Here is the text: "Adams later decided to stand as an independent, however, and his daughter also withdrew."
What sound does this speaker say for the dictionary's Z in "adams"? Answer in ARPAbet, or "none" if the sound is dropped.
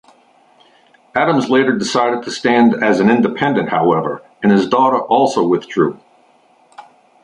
Z